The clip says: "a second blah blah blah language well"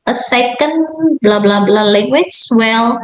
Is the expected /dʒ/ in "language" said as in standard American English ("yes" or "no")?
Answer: no